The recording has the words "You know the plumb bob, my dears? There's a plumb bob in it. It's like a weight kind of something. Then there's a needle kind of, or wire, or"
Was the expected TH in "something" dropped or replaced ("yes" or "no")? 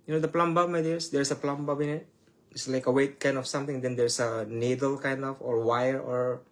yes